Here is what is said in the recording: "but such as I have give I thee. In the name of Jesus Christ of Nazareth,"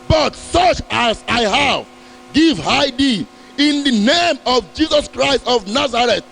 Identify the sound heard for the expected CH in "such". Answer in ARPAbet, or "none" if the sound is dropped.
CH